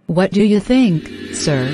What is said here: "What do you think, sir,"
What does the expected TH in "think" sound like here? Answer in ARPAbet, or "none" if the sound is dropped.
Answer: TH